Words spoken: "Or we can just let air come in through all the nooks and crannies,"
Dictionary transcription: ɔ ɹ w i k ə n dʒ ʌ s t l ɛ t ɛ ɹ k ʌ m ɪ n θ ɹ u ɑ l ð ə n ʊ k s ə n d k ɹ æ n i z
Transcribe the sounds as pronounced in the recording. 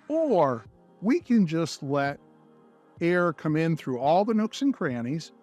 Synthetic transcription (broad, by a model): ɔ ɹ w i k ə n dʒ ʌ s t l ɛ t ɛ ɹ k ʌ m ɪ n θ ɹ u ɑ l ð ə n ʊ k s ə n k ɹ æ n i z